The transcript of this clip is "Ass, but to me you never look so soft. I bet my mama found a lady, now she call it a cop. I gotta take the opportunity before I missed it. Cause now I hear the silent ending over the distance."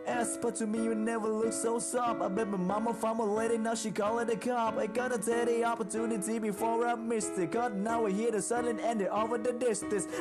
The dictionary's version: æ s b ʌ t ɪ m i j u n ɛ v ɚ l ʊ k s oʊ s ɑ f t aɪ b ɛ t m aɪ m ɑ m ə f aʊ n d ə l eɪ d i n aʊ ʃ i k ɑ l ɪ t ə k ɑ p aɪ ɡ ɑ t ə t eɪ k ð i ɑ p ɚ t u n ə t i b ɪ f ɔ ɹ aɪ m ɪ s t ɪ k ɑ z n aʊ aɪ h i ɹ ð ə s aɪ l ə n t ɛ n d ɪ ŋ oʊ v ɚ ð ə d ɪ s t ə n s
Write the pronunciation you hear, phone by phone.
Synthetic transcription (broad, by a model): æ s b ʌ t ɪ m i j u n ɛ v ɚ l ʊ k s oʊ s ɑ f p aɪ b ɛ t m aɪ m ɑ m ə f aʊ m ə l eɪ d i n aʊ ʃ i k ɑ l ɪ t ə k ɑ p aɪ ɡ ɑ t ə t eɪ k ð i ɑ p ɚ t u n ə t i b ɪ f ɔ ɹ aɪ m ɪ s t ɪ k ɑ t n aʊ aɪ h i ɹ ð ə s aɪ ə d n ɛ n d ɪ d oʊ v ɚ ð ə d ɪ s t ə n s